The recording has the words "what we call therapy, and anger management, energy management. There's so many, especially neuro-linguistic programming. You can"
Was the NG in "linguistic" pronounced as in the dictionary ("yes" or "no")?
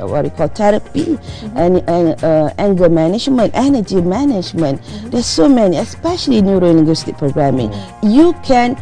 no